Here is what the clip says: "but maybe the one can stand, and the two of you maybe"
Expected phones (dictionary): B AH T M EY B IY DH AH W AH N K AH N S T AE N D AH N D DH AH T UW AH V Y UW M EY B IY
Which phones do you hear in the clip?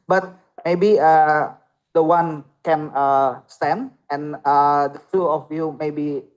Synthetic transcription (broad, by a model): B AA T M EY B IY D AH W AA N K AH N S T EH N AH N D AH T UW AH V Y UW M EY B IY